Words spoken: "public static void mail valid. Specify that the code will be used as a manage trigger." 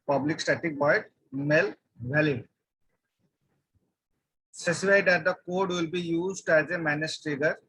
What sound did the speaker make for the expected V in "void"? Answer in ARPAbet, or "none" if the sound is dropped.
B